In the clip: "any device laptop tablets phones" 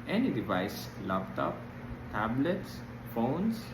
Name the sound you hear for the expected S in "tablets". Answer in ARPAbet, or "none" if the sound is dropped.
S